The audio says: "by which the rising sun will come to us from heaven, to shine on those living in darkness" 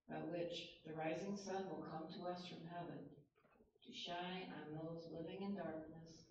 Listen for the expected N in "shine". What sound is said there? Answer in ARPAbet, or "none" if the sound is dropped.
none